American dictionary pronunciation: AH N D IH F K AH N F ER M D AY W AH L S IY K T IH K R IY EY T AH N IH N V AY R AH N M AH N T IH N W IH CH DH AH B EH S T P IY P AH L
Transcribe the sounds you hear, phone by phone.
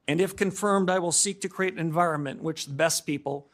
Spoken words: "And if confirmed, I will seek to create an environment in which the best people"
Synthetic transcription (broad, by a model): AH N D IH F K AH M F ER M D AY W AH L S IY K T IH K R IY EY AH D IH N V AY R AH N M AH N T W IH CH DH AH B EH S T P IY P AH L